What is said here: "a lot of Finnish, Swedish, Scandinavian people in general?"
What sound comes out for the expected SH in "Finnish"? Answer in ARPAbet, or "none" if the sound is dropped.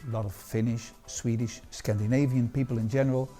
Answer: SH